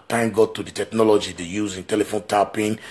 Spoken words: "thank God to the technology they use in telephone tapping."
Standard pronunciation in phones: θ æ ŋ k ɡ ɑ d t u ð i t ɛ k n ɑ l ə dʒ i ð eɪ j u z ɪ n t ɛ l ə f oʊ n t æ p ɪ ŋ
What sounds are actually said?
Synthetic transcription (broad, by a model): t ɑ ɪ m ɡ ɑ t u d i t ɛ k n ɑ l ə dʒ i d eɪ j u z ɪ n t ɛ l ə f oʊ n t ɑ p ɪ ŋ